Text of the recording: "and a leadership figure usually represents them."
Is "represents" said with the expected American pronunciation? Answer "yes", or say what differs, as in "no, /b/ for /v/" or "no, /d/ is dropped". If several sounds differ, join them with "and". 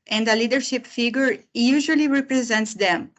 yes